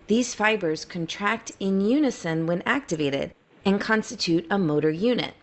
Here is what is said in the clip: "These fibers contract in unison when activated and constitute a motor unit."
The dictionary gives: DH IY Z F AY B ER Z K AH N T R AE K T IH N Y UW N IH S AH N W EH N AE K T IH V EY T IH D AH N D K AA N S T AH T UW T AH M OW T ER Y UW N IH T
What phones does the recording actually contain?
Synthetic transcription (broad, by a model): DH IY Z F AY B ER Z K AH N T R AE K T IH N Y UW N IH S AH N W EH N AE K T IH V EY T IH D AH N K AA N S T AH T UW T AH M OW T ER Y UW N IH T